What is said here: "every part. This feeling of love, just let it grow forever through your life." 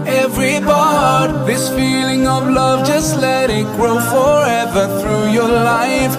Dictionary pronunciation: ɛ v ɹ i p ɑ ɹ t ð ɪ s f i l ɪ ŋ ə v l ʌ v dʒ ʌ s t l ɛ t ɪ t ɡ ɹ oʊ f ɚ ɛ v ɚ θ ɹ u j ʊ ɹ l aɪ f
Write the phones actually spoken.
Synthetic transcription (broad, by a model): ɛ v ɹ i b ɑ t ð ɪ s f i l ɪ ŋ ə v l ʌ v dʒ ʌ s t l ɛ t ɪ t ɡ ɹ oʊ f ɚ ɛ v ɚ θ ɹ u j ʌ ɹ l aɪ f